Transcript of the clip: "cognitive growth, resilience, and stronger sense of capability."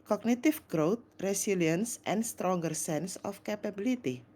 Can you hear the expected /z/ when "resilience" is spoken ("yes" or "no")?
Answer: no